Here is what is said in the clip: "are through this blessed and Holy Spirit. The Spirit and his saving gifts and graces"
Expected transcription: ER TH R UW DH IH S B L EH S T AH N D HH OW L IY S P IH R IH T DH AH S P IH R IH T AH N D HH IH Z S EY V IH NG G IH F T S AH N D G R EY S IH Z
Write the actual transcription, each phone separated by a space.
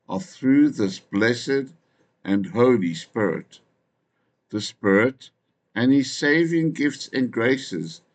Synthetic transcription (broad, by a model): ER TH R UW DH IH S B L EH S T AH N HH OW L IY S P IH R IH T DH AH S P IH R IH T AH N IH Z S EY V IH NG G IH F T S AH N G R EY S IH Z